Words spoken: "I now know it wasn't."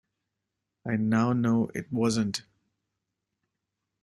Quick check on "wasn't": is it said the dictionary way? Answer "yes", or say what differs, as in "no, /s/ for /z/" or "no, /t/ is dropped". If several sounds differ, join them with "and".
yes